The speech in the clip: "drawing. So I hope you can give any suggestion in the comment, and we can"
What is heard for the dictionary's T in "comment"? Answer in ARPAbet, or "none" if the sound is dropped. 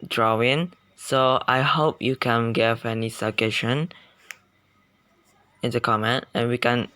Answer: T